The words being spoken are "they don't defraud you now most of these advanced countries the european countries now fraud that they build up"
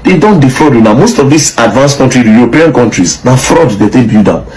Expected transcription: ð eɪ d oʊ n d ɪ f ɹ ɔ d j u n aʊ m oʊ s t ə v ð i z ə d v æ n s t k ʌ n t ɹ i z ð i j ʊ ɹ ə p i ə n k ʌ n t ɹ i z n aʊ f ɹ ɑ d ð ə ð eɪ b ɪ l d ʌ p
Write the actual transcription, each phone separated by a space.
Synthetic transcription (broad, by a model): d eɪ d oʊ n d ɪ f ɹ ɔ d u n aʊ m oʊ s t ə v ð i s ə d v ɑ n s k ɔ n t ɹ i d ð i j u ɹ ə p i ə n k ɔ n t ɹ i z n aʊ f ɹ ɑ d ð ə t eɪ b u d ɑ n